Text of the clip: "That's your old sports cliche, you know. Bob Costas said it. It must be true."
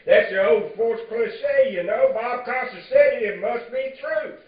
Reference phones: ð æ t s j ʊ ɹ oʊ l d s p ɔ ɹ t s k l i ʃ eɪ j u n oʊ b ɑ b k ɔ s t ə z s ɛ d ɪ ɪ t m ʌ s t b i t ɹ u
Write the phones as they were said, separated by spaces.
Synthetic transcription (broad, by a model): ð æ t s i oʊ l d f ɔ ɹ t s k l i s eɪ j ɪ n oʊ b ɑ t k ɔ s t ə s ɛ ɪ ɪ t m ʌ s t b i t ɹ u